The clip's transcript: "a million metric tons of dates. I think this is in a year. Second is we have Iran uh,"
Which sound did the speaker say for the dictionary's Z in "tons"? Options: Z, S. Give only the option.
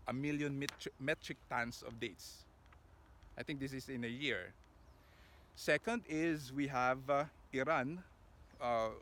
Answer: S